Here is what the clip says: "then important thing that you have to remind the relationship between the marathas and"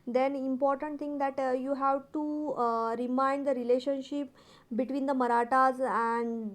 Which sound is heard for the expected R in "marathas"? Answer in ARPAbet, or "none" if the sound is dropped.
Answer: R